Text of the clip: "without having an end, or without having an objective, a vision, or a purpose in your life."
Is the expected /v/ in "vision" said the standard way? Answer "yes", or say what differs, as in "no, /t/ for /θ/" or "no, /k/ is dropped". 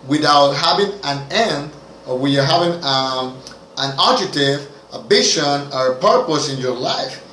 no, /b/ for /v/